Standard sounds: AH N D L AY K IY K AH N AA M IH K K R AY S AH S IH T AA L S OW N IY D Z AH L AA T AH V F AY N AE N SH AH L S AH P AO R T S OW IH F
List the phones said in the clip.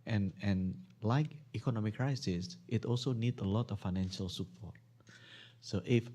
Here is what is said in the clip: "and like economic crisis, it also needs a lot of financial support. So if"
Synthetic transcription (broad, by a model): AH N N L AY K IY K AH N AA M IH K K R AY S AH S IH T AA L S OW N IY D AH L AA T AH F AY N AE N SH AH L S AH P AO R T S OW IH F